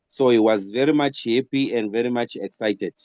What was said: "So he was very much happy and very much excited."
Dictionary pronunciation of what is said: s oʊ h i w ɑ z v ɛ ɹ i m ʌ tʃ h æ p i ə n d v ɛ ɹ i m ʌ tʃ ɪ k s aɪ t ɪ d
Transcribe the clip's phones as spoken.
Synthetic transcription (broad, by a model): s oʊ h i w ɑ z v ɛ ɹ i m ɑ tʃ h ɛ p i ə n d v ɛ ɹ i m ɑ tʃ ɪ k s aɪ t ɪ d